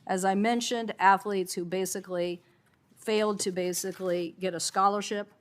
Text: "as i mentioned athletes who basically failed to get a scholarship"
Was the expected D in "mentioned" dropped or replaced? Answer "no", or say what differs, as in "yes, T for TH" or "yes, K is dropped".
no